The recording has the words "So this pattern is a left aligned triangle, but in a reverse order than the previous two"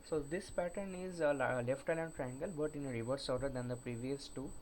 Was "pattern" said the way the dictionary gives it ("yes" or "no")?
yes